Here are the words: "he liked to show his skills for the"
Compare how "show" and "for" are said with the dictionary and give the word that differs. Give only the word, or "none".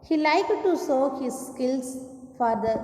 show